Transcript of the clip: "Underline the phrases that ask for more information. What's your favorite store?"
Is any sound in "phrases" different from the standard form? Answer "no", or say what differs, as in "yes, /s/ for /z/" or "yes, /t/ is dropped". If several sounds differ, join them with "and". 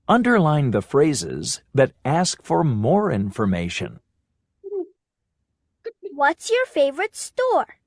no